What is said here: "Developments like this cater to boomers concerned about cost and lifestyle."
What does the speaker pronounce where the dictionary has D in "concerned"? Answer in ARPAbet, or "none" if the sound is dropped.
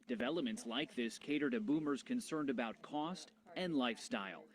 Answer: D